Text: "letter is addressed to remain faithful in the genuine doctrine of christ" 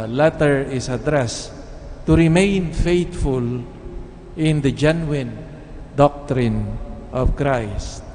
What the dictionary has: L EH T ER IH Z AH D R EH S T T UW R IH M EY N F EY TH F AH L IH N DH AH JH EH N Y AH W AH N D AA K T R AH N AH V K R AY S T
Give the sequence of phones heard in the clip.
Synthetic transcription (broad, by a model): L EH T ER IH S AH D R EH S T T UW R IH M EY N F EY T F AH L IH N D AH JH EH N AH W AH N D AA K T R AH N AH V K R AY S T